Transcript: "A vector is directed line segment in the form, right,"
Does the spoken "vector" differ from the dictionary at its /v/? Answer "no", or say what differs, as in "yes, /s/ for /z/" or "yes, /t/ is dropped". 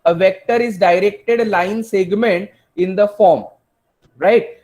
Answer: no